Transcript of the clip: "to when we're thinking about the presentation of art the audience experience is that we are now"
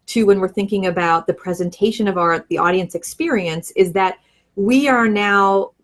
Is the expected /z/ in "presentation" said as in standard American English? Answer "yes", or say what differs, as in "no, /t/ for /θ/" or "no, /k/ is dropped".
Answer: yes